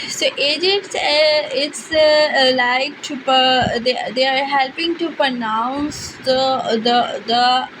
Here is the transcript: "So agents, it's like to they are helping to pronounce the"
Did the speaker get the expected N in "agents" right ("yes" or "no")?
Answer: no